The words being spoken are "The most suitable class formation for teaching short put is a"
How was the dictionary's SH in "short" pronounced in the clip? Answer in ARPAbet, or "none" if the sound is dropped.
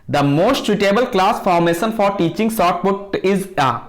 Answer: S